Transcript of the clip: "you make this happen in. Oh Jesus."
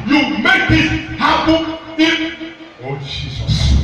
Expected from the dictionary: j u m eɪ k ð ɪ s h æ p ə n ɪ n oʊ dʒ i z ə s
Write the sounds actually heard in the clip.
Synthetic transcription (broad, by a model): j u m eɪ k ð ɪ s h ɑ b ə ɪ oʊ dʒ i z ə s